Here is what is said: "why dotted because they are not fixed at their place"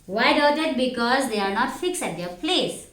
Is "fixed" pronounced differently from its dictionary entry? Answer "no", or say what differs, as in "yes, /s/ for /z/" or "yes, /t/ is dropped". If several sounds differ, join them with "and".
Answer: yes, /t/ is dropped